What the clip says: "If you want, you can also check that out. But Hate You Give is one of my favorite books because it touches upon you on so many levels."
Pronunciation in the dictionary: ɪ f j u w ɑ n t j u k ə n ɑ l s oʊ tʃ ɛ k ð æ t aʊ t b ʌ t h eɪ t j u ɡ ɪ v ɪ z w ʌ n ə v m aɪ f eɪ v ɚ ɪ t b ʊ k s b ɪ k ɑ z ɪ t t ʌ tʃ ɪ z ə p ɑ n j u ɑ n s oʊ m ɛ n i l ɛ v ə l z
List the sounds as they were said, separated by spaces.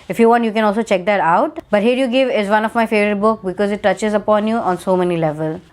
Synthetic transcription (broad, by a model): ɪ f j u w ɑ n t j u k ə n ɑ l s oʊ tʃ ɛ k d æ t aʊ t b ʌ t h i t j u ɡ ɪ v ɪ z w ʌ n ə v m aɪ f eɪ v ɚ ɪ t b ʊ k b ɪ k ɑ z ɪ t t ʌ tʃ ɪ z ə p ɑ n j u ɑ n s oʊ m ɛ n i l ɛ v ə l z